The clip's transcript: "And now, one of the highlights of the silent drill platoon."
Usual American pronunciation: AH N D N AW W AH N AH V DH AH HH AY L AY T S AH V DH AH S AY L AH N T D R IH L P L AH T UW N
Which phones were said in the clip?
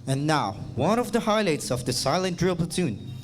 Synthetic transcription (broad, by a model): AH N N AW W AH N AH V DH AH HH AY L AY T S AH V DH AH S AY L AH N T D R IH L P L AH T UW N